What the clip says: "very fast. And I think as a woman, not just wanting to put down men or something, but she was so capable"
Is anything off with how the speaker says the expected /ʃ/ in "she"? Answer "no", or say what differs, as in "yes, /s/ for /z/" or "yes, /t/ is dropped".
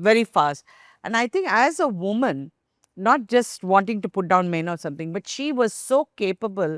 no